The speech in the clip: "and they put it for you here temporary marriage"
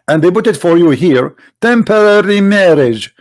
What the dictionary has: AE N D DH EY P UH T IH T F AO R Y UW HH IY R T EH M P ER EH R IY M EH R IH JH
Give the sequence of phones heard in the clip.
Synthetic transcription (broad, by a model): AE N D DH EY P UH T IH T F AO R Y UW HH IY R T EH M P ER EH R IY M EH R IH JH